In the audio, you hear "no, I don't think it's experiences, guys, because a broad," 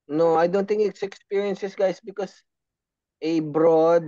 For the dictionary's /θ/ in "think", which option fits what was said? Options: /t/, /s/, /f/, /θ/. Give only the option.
/t/